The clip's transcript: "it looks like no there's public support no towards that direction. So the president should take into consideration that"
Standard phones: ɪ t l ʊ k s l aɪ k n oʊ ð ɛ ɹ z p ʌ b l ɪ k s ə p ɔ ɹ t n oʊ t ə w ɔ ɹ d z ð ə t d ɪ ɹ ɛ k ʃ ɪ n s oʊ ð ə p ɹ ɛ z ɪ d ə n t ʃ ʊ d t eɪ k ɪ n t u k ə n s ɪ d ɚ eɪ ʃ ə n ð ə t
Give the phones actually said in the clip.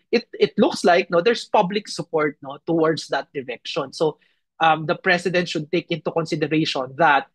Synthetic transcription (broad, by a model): ɪ t l ʊ k s l aɪ k n oʊ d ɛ ɹ s p ʌ b l ɪ k s ə p ɔ ɹ t n oʊ t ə w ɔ ɹ d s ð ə t d ɪ ɹ ɛ k ʃ ɪ n s oʊ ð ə p ɹ ɛ s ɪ d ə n t ʃ ʊ d t eɪ k ɪ n t u k ə n s ɪ d ɚ eɪ ʃ ə n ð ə t